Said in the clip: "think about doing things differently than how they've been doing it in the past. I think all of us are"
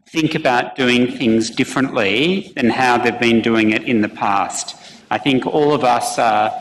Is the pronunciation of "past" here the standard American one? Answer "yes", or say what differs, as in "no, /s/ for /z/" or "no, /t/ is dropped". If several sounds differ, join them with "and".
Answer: yes